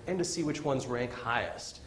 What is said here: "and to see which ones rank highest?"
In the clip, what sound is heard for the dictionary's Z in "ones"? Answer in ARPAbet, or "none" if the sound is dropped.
Z